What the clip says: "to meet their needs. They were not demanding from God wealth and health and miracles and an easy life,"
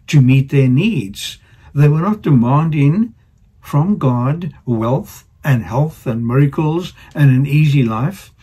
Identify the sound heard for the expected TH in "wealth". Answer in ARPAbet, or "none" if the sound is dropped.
TH